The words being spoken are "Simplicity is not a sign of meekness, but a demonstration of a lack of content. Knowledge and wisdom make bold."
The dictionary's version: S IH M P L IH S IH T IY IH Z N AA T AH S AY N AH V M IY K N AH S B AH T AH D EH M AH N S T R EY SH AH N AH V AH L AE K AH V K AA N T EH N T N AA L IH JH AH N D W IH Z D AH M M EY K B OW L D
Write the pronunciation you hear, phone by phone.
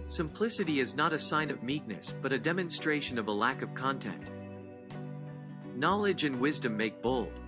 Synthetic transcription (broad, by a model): S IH M P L IH S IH T IY IH Z N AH T AH S AY N AH V M IY K N AH S B AH T AH D EH M AH N S T R EY SH AH N AH V AH L AE K AH V K AA N T EH N T N AA L IH JH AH N W IH Z D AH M M EY K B OW L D